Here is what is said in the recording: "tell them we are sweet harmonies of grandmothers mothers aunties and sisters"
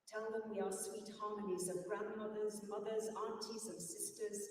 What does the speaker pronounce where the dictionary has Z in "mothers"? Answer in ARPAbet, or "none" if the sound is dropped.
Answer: Z